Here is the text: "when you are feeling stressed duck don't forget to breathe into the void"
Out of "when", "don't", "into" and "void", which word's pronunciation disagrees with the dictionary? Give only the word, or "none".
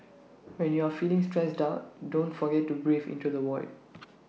void